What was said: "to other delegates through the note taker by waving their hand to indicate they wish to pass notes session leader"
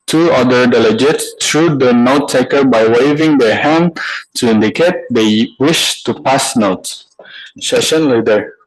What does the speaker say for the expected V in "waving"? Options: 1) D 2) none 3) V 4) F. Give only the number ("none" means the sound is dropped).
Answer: 3